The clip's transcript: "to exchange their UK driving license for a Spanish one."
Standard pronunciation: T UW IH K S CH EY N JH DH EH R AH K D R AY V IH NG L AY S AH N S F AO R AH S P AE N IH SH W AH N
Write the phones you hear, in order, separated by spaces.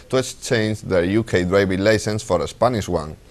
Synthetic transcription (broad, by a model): T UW IH K S CH EY N JH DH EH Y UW K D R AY B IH L AY S AH N S F AO R AH S P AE N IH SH W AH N